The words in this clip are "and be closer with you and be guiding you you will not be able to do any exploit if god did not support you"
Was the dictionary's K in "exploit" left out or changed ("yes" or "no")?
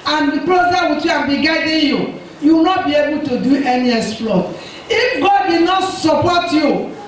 yes